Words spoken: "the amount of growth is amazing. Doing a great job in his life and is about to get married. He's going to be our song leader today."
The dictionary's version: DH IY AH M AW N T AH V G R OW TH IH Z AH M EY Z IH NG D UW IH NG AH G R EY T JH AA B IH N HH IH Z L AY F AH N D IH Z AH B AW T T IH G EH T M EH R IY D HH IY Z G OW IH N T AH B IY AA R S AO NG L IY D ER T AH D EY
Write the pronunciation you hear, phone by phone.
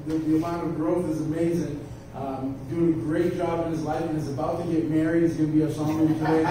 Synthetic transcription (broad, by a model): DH IY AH M AW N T AH V G R OW TH IH Z AH M EY Z IH NG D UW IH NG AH G R EY T JH AA B IH N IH Z L AY F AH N IH Z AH B AW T T IH G EH T M EH R IY D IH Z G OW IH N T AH B IY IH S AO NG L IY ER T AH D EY